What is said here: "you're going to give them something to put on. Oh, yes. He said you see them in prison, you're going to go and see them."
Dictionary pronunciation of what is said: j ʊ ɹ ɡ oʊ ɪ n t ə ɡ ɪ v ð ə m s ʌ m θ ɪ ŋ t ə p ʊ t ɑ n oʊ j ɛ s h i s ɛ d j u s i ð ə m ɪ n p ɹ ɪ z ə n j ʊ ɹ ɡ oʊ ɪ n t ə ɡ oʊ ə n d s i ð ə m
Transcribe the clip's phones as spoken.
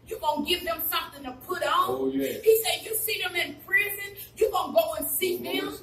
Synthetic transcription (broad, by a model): j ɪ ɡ oʊ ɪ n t ɡ ɪ v ð ə m s ʌ m θ ɪ ŋ t ə p ʊ t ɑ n oʊ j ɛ h i s ɛ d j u s i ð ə m ɪ n p ɹ ɪ z ə n j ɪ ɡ oʊ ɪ n ɡ oʊ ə n s i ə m